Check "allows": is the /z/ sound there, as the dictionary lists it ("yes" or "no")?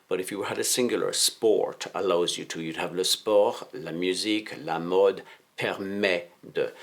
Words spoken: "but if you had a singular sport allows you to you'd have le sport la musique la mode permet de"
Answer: yes